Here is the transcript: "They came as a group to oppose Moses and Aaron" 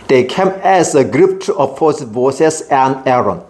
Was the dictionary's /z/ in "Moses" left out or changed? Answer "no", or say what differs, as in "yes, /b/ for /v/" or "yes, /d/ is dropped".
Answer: yes, /s/ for /z/